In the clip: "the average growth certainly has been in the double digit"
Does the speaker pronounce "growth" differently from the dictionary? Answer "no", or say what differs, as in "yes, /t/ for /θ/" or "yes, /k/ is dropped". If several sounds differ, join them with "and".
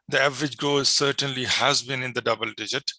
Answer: yes, /ɹ/ is dropped